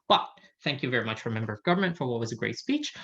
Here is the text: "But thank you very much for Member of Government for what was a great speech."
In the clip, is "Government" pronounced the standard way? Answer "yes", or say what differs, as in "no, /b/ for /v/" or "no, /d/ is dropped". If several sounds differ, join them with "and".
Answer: yes